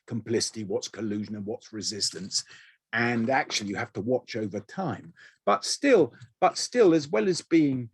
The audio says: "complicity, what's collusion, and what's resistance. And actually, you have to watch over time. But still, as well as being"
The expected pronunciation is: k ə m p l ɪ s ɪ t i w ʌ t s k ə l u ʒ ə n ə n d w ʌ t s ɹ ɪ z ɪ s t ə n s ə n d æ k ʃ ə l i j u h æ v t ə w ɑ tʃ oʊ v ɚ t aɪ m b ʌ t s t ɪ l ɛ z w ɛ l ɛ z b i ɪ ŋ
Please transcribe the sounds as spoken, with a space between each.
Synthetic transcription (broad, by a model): k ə m p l ɪ s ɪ t i w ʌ t s k ə l u ʒ ə n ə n w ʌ t s ɹ ɪ z ɪ s t ə n s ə n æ k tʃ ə l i j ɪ h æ f t ə w ɑ tʃ oʊ v ɚ t aɪ m b ʌ t s t ɪ l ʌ z w ɛ l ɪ z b i ɪ ŋ